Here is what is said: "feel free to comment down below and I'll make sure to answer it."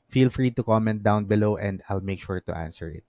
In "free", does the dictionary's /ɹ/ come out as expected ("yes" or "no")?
yes